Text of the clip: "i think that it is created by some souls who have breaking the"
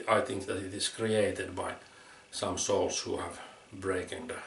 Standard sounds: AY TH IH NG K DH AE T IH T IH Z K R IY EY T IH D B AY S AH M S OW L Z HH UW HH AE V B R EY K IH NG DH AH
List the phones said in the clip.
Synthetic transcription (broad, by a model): AY TH IH NG K DH AE T IH T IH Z K R IY EY T IH D B AY S AH M S OW L S HH UW HH AE V B R EY K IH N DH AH